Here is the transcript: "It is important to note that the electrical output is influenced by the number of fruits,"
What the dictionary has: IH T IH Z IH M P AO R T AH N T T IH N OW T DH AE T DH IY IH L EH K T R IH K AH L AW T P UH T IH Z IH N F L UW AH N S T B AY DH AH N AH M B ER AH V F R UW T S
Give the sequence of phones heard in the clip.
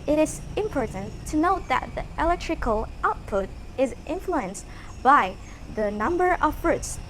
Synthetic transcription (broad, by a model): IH T IH Z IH M P AO R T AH N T T IH N OW T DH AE T DH IY IH L EH K T R IH K AH L AW T P UH T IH Z IH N F L UW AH N S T B AY DH AH N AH M B ER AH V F R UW T S